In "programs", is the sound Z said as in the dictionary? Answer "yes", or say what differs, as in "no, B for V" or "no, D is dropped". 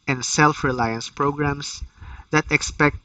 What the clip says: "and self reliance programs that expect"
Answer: no, S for Z